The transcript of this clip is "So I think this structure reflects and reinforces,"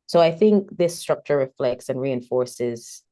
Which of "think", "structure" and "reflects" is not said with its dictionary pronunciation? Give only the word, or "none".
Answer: none